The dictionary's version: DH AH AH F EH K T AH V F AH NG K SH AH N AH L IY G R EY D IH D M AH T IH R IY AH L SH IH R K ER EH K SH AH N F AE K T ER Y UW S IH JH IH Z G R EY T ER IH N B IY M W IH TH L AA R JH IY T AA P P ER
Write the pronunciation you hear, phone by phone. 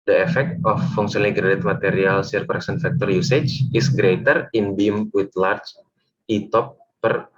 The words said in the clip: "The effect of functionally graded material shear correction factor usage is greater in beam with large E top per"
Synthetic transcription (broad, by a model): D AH AH F EH K T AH F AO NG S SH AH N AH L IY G R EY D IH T M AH T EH R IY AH L S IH R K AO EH K S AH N F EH K T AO Y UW S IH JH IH S G R EY T ER IH N B IY M W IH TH L AA R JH IY T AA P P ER